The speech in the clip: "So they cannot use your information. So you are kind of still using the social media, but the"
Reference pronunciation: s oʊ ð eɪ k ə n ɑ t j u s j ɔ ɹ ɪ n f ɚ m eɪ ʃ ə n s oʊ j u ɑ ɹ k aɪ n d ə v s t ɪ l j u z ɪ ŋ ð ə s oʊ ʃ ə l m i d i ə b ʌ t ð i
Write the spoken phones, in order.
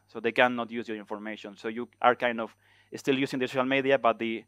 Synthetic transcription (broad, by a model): s oʊ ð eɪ k ə n ɑ t j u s j ɔ ɹ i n f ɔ m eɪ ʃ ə n s oʊ j u ɑ ɹ k aɪ n d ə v s t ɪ l j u s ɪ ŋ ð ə s oʊ ʃ ə l m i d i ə b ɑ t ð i